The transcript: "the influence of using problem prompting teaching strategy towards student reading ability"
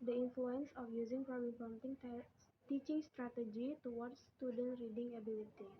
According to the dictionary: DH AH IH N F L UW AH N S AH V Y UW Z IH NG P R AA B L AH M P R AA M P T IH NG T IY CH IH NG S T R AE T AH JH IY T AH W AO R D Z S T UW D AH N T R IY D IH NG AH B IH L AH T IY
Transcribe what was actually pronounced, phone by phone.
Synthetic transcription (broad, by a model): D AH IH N F L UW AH N S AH F Y UW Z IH NG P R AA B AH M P AA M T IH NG T IY CH IH NG S T R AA T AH JH IY T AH W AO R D S T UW D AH N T R IY D IH NG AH B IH L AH T IY